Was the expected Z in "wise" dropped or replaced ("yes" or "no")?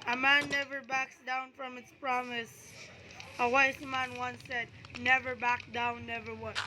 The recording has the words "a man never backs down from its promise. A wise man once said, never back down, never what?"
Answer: yes